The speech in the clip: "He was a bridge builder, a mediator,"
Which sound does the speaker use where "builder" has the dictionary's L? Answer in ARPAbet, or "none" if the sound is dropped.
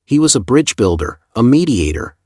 L